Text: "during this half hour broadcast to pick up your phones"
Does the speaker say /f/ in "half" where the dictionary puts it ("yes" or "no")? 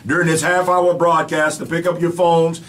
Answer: yes